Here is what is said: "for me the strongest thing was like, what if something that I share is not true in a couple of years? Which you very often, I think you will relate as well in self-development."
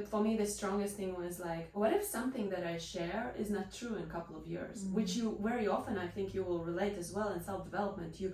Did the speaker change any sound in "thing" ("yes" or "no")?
no